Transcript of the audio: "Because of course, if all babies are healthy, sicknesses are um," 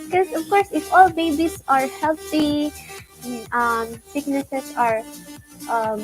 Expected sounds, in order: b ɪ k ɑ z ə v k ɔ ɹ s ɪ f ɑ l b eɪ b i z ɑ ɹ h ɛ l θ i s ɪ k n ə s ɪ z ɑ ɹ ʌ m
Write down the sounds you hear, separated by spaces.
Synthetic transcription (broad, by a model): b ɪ k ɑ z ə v k ɔ ɹ s ɪ f ɑ l b eɪ b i s ɑ ɹ h ɛ l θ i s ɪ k n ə s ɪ s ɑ ɹ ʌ m